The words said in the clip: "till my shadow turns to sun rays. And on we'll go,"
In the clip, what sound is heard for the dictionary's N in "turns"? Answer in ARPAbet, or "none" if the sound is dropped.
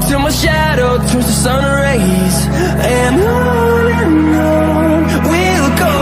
none